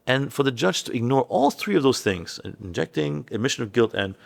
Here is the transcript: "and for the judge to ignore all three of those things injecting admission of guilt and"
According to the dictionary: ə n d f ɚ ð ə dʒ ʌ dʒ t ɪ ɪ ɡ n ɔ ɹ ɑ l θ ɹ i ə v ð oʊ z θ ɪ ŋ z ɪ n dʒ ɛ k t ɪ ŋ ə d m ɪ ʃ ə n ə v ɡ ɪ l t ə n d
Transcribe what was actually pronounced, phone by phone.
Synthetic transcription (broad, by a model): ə n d f ɚ ð ə dʒ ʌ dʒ t ɪ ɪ ɡ n ɔ ɹ ɑ l θ ɹ i ə v ð oʊ z θ ɪ ŋ z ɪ n dʒ ɛ k t ɪ ŋ ə d m ɪ ʃ ə n ə v ɡ ɪ l t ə n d